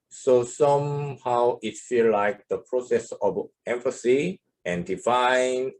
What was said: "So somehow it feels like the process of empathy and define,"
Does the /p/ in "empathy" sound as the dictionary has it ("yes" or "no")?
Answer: no